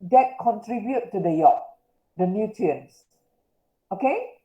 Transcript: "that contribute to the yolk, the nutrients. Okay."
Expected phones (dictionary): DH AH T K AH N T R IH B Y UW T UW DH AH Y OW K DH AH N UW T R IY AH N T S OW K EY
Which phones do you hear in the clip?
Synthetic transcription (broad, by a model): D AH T K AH N T R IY B Y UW T UW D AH Y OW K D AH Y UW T IY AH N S OW K EY